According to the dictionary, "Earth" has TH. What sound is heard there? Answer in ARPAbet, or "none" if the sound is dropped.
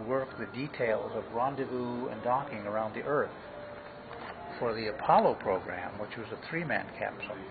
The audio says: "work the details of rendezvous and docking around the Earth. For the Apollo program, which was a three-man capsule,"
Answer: TH